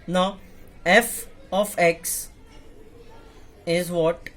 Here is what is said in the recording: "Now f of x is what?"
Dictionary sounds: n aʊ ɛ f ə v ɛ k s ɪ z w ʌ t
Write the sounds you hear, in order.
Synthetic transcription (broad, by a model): n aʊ ɛ f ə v ɛ k s ɪ z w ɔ t